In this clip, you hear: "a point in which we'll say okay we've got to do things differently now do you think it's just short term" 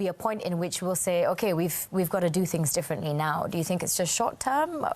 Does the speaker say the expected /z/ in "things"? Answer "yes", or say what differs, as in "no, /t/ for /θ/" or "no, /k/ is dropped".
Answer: yes